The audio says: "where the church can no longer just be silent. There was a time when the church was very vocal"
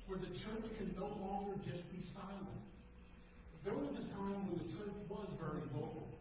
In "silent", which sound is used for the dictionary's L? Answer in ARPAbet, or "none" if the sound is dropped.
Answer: L